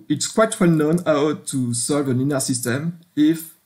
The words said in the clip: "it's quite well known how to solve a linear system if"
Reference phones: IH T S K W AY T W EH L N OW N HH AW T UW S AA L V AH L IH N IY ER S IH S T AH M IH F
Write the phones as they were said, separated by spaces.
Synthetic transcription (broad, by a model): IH T S K W AY T W EH L N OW N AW T UW S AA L V AH N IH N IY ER S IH S T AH M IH F